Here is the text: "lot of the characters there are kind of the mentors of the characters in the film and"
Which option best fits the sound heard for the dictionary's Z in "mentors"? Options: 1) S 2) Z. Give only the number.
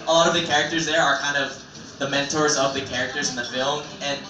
2